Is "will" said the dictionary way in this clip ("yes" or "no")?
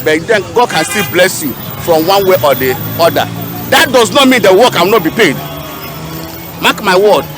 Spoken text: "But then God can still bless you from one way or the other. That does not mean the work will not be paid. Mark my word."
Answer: no